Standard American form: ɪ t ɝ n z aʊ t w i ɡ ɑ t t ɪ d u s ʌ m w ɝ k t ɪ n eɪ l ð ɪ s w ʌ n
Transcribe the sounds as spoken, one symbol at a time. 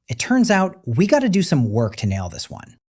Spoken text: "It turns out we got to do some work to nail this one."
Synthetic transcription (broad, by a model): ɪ t ɝ n z aʊ t w i ɡ ɑ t t ɪ d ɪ s ʌ m w ɝ k t ɪ n eɪ l ð ɪ s w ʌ n